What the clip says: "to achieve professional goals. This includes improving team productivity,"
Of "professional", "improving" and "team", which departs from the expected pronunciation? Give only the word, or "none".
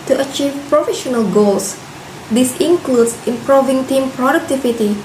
none